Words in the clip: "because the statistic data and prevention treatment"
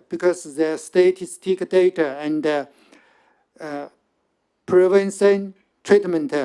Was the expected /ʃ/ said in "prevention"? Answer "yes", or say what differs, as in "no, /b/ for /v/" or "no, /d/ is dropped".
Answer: no, /s/ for /ʃ/